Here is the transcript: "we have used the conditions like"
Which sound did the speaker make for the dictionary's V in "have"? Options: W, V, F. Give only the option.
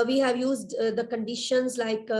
V